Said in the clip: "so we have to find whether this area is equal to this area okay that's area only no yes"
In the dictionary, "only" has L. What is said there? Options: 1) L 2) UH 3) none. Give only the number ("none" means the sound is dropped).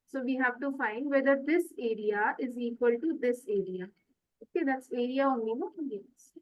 3